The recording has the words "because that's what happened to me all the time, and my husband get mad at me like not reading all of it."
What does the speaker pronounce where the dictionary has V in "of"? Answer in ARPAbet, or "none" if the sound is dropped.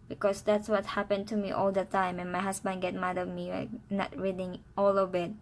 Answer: B